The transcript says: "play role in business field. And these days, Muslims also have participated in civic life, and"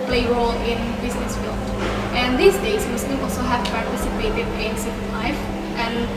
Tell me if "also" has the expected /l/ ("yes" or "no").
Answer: yes